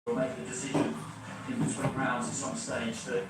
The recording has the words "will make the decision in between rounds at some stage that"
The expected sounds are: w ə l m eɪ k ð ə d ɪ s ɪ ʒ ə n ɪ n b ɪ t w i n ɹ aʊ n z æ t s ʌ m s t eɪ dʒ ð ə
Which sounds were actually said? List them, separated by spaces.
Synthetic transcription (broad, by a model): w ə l m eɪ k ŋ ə d ɪ s ɪ ʒ ə n ɪ n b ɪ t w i ɹ aʊ n z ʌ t s ʌ m s t eɪ dʒ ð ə